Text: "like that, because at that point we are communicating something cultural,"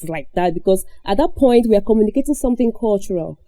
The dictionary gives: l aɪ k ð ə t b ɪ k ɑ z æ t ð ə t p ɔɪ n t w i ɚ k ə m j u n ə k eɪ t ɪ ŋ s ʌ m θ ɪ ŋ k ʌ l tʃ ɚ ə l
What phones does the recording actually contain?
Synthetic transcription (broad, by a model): l aɪ k ð ə t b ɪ k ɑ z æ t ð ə t p ɔɪ n t w i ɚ k ə m j u n ə k eɪ t ɪ ŋ s ʌ m θ ɪ ŋ k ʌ l tʃ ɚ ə l